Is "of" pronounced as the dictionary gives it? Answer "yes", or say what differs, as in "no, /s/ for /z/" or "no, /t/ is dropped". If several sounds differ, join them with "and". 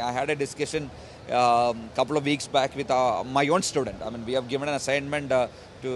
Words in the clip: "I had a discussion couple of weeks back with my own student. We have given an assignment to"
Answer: yes